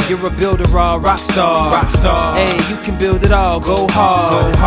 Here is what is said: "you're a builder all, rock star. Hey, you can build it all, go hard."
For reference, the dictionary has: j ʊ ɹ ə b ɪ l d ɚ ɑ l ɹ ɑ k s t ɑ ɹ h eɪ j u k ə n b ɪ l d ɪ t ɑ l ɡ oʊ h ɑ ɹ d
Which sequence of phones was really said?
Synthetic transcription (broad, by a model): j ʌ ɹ ə b ɪ l d ɚ ɑ l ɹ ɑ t s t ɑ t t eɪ j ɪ k ə n b ɪ l d ɪ t ɑ l ɡ oʊ h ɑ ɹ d